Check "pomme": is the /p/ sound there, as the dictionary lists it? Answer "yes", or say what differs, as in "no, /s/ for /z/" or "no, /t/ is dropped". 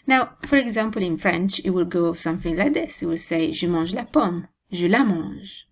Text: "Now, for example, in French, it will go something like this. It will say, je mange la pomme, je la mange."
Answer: yes